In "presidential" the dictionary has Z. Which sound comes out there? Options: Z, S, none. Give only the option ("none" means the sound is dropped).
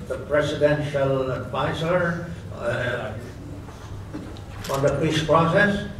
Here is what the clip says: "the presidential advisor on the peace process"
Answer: S